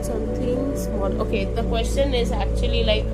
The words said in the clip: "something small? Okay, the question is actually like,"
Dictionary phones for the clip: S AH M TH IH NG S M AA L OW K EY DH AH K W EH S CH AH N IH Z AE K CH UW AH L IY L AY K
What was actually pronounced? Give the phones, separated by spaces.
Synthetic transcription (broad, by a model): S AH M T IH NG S AA N OW K EY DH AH K W EH S CH AH N IH Z AE K CH UW AH L IY L AY K